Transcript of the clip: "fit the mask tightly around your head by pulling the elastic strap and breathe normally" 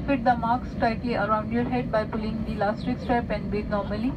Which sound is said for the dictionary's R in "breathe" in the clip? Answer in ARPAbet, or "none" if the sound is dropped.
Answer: none